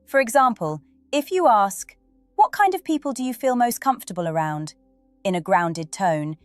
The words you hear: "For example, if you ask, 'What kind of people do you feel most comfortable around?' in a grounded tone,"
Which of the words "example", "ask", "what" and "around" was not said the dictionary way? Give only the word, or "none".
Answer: none